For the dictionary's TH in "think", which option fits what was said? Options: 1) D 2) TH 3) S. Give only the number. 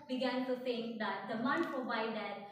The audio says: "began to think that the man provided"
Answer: 3